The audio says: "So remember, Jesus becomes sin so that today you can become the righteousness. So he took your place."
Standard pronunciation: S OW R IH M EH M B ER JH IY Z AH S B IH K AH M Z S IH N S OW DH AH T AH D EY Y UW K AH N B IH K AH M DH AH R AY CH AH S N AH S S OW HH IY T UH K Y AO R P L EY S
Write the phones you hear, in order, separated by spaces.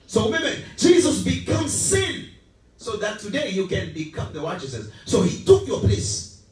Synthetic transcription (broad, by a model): S OW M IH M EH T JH IY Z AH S B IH K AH M S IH N S OW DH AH T AH D EY Y UW K AH N B IH K AH M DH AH W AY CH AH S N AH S S OW HH IY T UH K Y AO P L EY S